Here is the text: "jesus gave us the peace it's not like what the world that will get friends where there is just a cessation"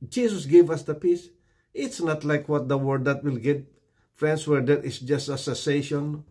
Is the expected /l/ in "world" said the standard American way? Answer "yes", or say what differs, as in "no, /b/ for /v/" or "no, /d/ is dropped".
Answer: no, /l/ is dropped